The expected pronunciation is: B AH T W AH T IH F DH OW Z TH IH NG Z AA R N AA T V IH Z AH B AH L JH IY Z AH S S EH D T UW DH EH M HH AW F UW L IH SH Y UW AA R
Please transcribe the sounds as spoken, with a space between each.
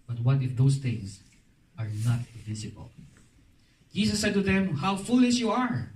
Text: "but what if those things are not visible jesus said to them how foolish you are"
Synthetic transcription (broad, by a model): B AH T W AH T IH F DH OW S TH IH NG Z AA R N AA T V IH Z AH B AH L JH IY S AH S S EH D T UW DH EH M HH AW F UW L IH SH Y UW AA R